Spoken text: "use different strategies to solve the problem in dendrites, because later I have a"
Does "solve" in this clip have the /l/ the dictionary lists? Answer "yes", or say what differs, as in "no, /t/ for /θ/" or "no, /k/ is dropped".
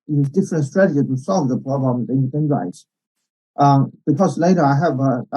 yes